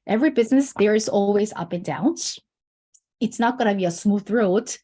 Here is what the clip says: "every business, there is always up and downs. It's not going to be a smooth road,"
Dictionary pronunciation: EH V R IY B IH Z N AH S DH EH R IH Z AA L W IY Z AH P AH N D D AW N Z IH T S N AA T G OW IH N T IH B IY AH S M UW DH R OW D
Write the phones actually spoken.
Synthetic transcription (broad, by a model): EH V R IY B IH Z N AH S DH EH R IH Z AA L W IY Z AH P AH N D D AW N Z IH T S N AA T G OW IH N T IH B IY AH S M UW DH R OW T